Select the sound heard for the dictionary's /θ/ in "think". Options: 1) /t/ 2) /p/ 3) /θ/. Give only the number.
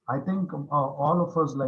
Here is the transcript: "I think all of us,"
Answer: 1